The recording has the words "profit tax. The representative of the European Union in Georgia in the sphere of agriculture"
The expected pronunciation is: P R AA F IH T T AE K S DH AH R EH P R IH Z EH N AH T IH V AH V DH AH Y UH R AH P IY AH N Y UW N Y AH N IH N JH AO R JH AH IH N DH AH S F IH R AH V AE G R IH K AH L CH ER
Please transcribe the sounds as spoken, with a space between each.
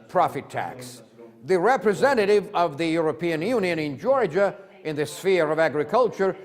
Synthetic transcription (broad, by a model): P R AA F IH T T AE K S DH AH R EH P R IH Z EH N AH T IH V AH V DH AH Y UH R AH P IY AH N Y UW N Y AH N IH N JH AO R JH AH IH N DH AH S F IH R AH V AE G R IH K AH L CH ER